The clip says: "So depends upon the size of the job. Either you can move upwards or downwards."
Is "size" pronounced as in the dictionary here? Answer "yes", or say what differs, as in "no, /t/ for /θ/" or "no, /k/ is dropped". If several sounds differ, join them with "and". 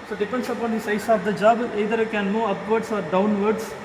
no, /s/ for /z/